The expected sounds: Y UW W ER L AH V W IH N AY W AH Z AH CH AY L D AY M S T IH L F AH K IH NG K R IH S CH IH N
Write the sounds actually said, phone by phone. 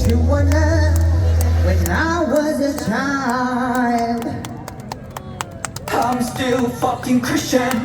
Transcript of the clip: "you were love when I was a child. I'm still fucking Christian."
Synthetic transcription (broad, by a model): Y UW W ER N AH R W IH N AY W AH Z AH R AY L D AY M S T IH L F AH K IH NG K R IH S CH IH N